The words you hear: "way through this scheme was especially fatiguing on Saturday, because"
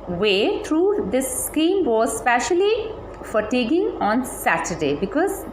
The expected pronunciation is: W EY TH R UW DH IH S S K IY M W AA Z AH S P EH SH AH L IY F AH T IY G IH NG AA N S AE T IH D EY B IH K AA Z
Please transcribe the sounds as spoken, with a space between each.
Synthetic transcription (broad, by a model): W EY T R UW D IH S S K IY M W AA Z S P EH SH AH L IY F AH T IY G IH NG AA N S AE T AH D EY B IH K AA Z